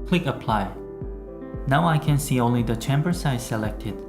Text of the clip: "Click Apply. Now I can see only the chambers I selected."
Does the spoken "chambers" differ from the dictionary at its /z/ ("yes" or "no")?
yes